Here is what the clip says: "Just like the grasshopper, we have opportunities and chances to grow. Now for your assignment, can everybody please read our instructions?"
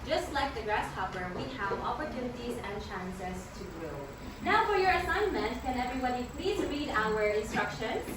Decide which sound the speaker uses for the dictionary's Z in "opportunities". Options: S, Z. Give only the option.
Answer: Z